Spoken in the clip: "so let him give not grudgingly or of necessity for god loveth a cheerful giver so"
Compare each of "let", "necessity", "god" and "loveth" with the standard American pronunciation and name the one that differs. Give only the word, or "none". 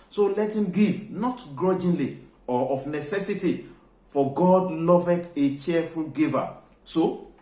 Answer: loveth